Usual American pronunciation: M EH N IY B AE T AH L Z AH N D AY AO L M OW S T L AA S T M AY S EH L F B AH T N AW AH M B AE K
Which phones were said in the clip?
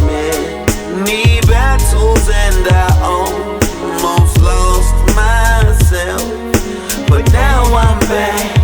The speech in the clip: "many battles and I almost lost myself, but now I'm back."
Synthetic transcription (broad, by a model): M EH N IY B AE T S L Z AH N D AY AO N M OW S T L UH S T M AY S EH L F B AH T N AW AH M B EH